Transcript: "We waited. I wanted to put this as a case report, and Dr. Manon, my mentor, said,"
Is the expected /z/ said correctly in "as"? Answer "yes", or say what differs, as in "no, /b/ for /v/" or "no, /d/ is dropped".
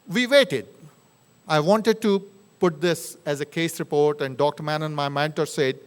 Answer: yes